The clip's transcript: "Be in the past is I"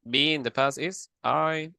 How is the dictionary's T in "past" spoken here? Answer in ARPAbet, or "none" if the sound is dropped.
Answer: none